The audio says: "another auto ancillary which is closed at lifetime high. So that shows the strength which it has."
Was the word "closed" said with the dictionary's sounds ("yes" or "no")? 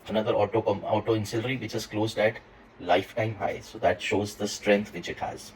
yes